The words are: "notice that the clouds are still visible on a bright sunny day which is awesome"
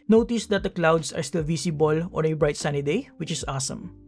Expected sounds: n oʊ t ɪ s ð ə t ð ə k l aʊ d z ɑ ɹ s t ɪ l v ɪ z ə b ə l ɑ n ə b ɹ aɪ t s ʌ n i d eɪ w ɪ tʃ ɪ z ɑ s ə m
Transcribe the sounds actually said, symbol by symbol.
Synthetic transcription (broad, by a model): n oʊ t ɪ s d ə t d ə k l aʊ d s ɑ ɹ s t ɪ l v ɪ s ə b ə l ɑ n ə b ɹ aɪ t s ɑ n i d eɪ w ɪ tʃ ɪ s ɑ s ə m